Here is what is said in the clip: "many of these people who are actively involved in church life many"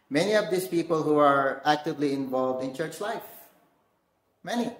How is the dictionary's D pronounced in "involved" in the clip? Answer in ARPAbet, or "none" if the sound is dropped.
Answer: D